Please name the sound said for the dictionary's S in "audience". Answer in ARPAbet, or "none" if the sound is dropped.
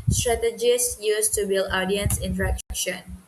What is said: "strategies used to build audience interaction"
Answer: S